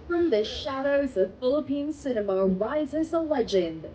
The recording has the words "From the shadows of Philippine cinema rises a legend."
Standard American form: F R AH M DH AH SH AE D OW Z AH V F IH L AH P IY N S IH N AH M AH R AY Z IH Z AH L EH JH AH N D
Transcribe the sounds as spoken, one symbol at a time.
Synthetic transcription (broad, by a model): F R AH M DH AH SH AE D OW Z AH V F IH L AH P IY N S IH N AH M AH R AY Z IH Z AH L EH JH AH N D